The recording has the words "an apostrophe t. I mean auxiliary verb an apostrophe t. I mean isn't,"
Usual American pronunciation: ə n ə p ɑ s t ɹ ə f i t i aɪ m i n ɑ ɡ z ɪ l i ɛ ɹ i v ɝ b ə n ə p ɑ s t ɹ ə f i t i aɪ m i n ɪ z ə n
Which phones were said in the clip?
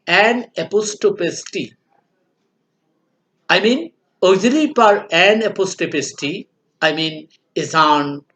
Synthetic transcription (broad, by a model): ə n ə p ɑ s t ə p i t i aɪ m i n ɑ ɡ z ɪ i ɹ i p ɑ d ə n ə p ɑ s t ə p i t i aɪ m i n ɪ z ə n